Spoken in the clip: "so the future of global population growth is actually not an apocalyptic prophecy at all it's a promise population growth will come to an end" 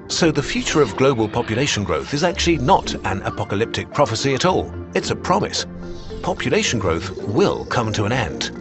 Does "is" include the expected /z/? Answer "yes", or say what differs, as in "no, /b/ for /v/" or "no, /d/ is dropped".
yes